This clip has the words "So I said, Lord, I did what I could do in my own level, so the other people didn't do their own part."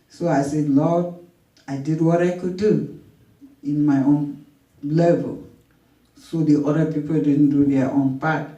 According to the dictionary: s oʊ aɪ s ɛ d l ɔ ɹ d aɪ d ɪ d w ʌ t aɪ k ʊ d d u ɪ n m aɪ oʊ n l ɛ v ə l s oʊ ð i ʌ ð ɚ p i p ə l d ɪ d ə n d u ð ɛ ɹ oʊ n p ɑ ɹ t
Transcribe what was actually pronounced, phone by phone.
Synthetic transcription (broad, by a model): s oʊ aɪ s ɛ d l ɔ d aɪ d ɪ d w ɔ t aɪ k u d d u ɪ n m aɪ oʊ n l ɛ v ə l s oʊ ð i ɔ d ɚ p i p ə l d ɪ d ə n d u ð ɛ oʊ n p ɑ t